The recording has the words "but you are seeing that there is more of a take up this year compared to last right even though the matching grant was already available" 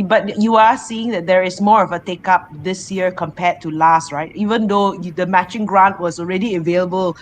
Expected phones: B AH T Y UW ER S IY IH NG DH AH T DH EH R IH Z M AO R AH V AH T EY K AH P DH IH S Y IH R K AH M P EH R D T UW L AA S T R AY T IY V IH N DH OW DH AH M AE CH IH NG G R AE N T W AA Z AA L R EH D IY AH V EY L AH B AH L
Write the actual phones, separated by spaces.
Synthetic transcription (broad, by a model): B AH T Y UW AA S IY IH NG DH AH T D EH R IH S M AO R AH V AH T EY K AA P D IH S Y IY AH K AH M P EH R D T UW L AA S T R AY T IY V IH N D OW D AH M AE CH IH NG G R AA N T W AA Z AA L R EH D IY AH V EY L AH B AH L